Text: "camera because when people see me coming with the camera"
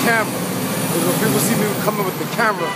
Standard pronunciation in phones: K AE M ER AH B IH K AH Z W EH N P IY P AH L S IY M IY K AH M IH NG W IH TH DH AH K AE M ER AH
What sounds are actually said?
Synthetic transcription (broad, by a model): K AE M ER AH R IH AH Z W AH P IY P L S IY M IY K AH M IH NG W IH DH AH K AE M ER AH